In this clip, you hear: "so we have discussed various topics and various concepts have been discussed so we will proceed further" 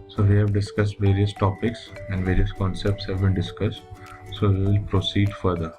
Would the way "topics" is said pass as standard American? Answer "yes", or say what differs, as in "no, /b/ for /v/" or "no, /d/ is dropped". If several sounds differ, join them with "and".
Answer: yes